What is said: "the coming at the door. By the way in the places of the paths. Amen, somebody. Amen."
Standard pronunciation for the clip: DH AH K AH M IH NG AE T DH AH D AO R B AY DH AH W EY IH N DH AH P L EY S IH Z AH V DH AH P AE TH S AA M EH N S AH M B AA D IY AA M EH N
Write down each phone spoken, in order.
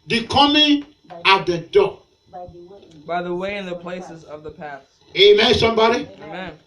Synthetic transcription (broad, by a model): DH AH K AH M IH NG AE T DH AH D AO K B AY DH AH W EY IH N DH AH P L EY S IH Z AH V DH AH P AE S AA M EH S AH M B AA D IY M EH N